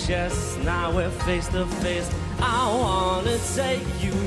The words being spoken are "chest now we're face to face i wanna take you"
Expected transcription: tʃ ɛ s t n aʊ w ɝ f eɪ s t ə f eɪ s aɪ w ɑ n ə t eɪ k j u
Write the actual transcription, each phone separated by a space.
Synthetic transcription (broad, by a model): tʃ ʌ s n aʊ w ɝ f eɪ s t ə f eɪ s aɪ w ɑ n ə s eɪ j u